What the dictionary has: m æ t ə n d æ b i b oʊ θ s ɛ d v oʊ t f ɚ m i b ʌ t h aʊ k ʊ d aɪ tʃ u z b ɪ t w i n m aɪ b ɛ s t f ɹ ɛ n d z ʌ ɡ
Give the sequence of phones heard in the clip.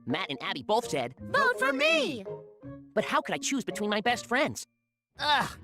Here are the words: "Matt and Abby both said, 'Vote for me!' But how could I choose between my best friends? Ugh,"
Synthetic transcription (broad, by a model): m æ t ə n æ b i b oʊ θ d ɛ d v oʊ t f ɚ m i b ʌ t h aʊ k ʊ d aɪ tʃ u z b ɪ t w i n m aɪ b ɛ s t f ɹ ɛ n d z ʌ